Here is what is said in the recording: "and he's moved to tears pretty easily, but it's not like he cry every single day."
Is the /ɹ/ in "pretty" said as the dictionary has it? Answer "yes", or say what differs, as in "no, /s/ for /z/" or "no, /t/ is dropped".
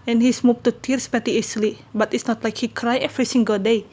no, /ɹ/ is dropped